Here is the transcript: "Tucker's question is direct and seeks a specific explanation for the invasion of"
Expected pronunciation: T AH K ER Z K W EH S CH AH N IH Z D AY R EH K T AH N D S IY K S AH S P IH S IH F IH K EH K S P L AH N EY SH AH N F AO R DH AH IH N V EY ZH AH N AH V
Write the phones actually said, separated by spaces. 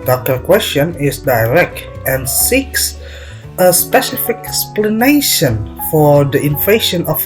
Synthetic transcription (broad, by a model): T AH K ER K W EH S CH AH N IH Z D AY R EH K T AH N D S IY K S AH S P IH S IH F IH K EH K S P L AH N EY SH AH N F AO R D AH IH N F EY SH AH N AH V